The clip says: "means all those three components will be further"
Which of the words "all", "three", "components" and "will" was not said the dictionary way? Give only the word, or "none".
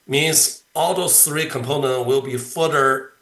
components